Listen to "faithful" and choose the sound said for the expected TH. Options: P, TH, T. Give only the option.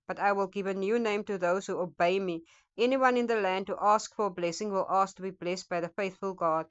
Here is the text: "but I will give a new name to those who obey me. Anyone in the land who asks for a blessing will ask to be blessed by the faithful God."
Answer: TH